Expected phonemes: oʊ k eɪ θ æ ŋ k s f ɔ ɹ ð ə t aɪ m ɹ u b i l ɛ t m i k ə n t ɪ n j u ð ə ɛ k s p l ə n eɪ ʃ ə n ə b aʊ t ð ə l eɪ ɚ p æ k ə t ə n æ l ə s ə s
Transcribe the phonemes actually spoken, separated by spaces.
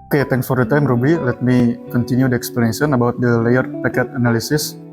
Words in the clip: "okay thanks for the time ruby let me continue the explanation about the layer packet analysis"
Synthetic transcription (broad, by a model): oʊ k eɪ t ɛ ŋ s f ɔ ɹ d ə t aɪ m ɹ u b i l ɛ t m i k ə n t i n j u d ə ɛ k s p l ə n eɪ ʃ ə n ə b aʊ t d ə l eɪ ɚ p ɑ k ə t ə n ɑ l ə s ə s